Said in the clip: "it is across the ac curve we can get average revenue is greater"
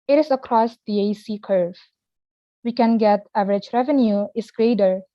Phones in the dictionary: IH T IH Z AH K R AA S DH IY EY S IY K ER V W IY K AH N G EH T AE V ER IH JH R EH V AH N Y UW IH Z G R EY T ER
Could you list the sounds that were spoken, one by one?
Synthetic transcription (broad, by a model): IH T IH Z AH K R AA S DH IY EY S IY K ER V W IY K AH N G EH T AE V ER IH JH R EH V AH N Y UW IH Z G R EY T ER